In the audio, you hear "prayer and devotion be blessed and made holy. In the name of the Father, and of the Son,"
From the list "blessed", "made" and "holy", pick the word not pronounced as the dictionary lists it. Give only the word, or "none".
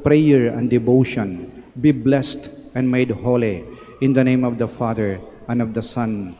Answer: none